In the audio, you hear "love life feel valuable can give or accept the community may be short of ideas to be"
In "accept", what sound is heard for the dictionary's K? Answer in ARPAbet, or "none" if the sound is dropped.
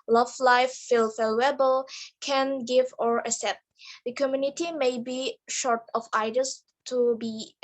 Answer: none